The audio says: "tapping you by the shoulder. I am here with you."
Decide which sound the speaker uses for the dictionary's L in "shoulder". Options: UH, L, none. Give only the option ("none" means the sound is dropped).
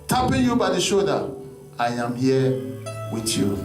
none